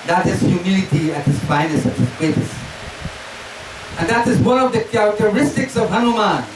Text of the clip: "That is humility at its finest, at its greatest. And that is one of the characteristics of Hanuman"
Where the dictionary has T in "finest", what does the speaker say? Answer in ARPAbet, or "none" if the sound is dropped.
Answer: none